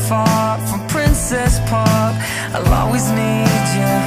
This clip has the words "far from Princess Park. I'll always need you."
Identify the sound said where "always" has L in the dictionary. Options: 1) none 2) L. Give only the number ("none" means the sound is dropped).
1